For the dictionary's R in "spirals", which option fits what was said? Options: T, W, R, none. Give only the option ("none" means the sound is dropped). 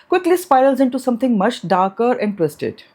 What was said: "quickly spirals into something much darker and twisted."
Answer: none